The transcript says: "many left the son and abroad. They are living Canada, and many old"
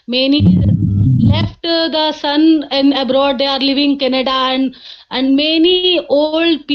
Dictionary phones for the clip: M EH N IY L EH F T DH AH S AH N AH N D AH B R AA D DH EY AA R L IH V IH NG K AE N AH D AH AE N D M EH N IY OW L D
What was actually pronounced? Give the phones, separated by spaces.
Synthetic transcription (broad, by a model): M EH N IY L EH F T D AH S AH N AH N AH B R AA D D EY AA R L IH V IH NG K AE N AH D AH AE N D M EH N IY OW L D